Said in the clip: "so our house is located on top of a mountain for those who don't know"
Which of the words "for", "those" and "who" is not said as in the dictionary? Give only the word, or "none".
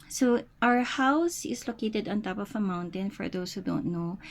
those